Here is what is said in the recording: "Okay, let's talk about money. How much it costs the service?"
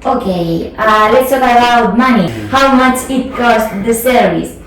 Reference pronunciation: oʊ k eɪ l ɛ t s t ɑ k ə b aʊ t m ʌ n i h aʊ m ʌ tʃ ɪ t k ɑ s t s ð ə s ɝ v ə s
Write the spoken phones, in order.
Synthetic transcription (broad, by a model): oʊ k eɪ l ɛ t s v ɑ ə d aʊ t m ʌ n i h aʊ m ʌ tʃ ɪ t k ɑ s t ð ə s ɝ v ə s